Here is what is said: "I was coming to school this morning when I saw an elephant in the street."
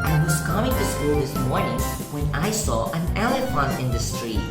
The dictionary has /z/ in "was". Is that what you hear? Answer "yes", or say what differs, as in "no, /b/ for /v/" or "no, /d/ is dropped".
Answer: no, /s/ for /z/